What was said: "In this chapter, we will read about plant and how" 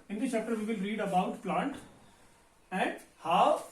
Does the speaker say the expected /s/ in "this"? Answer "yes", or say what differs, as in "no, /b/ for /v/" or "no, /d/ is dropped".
no, /s/ is dropped